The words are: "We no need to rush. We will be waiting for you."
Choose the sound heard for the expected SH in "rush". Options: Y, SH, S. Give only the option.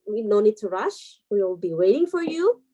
SH